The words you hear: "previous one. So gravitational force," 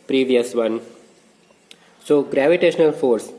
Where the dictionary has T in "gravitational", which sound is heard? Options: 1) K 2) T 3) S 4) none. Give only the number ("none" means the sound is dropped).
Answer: 2